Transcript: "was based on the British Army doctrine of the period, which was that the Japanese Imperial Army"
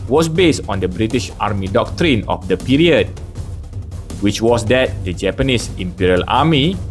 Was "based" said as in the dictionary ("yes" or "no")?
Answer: yes